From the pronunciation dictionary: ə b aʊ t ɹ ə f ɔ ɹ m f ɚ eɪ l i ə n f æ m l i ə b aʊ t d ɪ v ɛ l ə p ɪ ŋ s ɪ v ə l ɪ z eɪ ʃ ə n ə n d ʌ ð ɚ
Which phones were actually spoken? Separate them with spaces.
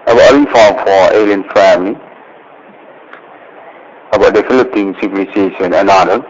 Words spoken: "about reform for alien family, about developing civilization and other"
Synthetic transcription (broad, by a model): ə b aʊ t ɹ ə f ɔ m f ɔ eɪ l i ə n f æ m l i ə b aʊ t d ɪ f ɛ l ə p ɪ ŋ s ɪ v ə l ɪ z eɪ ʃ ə n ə n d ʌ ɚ